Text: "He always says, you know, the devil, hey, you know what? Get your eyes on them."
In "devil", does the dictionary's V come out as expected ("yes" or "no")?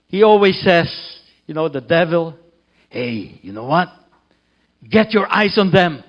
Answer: yes